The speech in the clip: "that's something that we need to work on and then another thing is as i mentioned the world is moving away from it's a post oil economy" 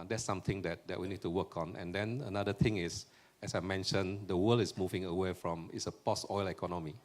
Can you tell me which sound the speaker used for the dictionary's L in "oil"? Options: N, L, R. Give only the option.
L